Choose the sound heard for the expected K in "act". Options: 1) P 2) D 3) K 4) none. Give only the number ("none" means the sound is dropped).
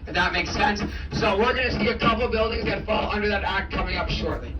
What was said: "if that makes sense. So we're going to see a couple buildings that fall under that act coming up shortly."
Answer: 3